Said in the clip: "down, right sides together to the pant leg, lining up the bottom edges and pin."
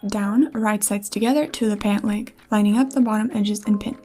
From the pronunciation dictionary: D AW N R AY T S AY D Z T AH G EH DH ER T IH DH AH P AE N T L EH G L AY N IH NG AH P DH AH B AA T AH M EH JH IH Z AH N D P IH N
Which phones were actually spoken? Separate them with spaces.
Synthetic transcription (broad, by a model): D AW N R AY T S AY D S T AH G EH DH ER T IH DH AH P AE N T L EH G L AY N IH NG AH P DH AH B AA T AH M EH JH IH Z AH N P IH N